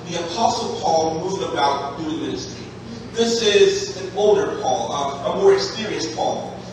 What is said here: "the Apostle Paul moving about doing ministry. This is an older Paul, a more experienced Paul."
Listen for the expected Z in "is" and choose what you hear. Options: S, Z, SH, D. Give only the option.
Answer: Z